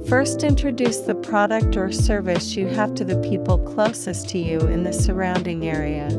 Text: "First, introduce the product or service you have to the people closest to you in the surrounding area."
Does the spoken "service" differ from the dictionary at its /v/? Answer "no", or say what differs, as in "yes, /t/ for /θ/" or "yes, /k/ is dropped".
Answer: no